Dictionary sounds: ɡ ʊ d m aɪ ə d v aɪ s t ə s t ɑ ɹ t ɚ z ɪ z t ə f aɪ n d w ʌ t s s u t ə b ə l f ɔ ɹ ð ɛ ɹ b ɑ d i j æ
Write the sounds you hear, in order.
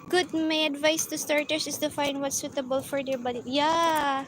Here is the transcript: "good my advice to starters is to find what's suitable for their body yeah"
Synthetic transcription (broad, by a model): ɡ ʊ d m aɪ ə d v aɪ s t ə s t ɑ ɹ t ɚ s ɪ s t ə f aɪ n d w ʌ t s s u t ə b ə l f ɔ ɹ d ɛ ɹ b ɑ d i j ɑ